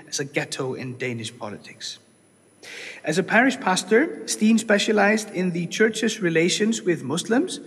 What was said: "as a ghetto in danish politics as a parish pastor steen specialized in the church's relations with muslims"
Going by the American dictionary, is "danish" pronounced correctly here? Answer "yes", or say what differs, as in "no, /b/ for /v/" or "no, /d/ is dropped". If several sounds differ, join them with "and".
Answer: yes